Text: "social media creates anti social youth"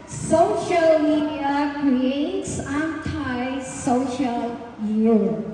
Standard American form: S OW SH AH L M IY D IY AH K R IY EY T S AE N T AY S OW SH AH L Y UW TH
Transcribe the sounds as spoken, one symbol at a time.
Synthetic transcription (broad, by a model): S OW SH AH L M IY D IY AH K R IY EY T S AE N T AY S OW SH AH L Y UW